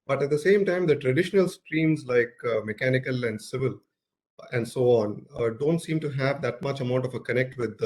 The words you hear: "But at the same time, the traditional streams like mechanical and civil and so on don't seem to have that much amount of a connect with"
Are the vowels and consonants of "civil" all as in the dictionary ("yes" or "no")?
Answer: yes